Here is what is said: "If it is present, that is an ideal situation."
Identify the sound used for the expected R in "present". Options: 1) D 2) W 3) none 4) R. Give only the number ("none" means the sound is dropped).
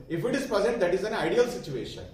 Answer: 3